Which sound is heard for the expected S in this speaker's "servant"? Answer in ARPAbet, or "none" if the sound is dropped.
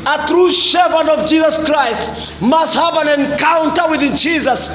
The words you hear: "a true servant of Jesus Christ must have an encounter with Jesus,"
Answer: SH